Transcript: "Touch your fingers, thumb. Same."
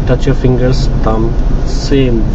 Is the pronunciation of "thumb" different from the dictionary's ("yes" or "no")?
yes